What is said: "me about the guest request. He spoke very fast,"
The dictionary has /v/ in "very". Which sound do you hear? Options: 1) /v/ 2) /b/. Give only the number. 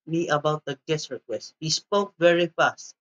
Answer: 1